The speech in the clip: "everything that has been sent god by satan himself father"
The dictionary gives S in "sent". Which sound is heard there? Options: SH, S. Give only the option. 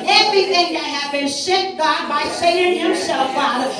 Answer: SH